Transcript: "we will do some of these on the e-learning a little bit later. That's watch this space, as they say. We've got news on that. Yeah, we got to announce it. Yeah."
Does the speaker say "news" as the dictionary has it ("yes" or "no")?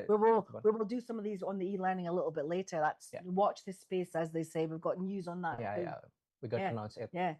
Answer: yes